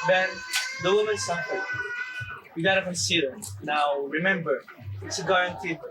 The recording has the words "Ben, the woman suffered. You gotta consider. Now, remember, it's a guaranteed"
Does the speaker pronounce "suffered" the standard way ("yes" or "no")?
no